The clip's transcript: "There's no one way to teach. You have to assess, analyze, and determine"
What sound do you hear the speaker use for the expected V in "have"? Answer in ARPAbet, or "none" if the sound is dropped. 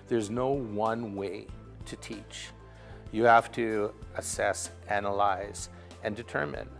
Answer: F